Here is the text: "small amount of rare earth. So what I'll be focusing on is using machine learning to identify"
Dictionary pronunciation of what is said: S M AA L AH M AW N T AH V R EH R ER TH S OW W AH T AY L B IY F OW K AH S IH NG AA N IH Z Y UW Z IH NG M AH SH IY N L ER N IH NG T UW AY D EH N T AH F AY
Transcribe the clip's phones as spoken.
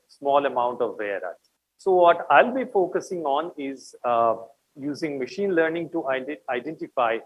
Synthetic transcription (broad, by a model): S M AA L AH M AW N T AH V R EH R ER T S OW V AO T AY L B IY F OW K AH S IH NG AA N IH Z Y UW Z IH NG M AH SH IY N L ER N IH NG T UW AY D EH N T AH F AY